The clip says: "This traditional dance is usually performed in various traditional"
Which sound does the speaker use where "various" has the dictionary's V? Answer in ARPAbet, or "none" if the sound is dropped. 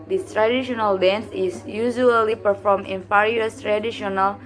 F